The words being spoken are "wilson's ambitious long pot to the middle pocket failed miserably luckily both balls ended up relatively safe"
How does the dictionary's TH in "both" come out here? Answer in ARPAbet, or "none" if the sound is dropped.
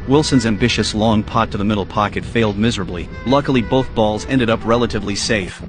TH